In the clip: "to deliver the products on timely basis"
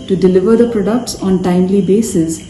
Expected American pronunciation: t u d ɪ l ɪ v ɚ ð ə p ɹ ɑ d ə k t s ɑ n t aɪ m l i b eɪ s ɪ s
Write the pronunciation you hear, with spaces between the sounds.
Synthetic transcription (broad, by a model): t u d ɪ l ɪ v ɚ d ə p ɹ ɑ d ə k t s ɑ n t aɪ m l i b eɪ s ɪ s